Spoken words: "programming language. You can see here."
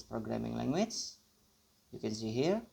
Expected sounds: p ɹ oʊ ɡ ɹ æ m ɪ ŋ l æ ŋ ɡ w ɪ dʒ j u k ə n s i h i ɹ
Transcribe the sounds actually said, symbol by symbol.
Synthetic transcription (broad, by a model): p ɹ oʊ ɡ ɹ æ m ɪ ŋ l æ ŋ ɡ w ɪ tʃ j u k ə n s i h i ɹ